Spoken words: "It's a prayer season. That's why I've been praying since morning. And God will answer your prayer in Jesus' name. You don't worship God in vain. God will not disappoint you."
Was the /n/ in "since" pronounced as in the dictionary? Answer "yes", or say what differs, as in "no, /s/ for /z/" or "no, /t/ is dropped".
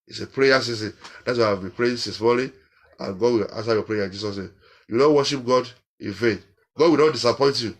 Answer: no, /n/ is dropped